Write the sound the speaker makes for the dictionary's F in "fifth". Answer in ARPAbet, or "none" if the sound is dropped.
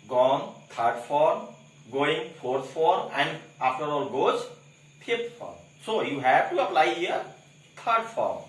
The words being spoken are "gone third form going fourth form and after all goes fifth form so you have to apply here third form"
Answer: P